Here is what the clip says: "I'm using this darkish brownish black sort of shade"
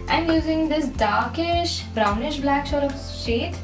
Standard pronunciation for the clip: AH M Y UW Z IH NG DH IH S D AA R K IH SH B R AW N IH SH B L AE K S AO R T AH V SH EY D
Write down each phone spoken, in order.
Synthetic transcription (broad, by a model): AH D Y UW Z IH NG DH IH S D AA R K IH SH B R AW N IH SH B L AE K SH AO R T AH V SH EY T